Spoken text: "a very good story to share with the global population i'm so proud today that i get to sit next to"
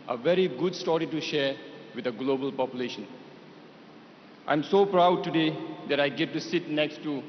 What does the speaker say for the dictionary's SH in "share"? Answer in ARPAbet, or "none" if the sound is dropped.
SH